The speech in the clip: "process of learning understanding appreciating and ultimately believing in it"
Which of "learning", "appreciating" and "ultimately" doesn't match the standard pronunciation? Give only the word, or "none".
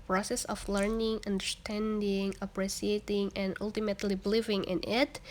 appreciating